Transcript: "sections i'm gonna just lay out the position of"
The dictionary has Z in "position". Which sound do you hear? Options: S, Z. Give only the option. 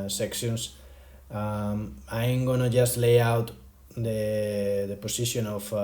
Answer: S